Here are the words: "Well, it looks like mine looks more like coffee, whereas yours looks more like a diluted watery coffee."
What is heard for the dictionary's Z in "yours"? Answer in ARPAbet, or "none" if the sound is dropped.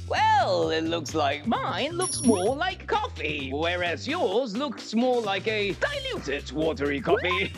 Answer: Z